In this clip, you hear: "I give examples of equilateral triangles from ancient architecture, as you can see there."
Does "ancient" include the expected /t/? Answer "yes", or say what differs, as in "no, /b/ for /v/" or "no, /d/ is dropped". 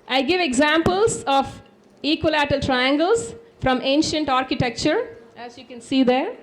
yes